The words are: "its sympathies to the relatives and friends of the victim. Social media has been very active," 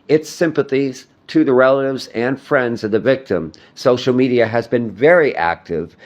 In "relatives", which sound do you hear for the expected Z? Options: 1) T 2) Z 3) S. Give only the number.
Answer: 2